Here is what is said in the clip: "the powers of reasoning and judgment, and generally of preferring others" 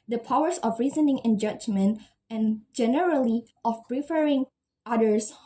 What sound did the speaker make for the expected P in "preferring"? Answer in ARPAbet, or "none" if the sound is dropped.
P